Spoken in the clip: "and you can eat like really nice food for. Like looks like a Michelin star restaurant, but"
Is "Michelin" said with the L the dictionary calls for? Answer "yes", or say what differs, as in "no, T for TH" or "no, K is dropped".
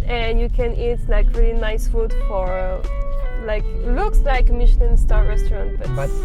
no, N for L